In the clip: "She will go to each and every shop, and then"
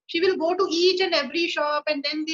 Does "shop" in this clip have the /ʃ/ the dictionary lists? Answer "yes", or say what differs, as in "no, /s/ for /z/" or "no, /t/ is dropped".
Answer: yes